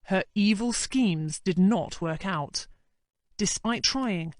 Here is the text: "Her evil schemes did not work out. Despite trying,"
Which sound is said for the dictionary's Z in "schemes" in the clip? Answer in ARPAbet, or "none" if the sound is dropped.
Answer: Z